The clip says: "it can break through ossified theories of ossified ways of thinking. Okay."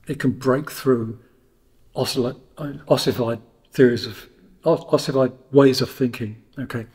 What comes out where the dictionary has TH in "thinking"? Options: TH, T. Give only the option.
TH